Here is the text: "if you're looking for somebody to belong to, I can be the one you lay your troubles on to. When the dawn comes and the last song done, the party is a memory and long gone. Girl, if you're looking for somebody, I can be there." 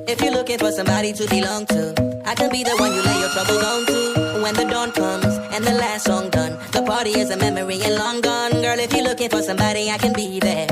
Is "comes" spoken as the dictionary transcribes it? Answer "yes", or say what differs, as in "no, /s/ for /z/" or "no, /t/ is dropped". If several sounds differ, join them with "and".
yes